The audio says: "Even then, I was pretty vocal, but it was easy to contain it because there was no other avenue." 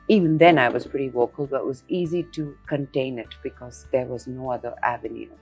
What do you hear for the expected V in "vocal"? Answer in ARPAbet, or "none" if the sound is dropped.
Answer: W